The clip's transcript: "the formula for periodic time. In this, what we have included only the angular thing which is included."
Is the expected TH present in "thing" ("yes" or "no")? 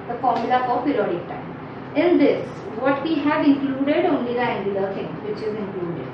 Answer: no